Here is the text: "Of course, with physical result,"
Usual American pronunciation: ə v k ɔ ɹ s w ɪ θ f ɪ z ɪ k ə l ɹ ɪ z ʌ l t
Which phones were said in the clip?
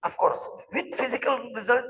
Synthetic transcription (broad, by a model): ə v k ɔ ɹ s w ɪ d f ɪ z ɪ k ə l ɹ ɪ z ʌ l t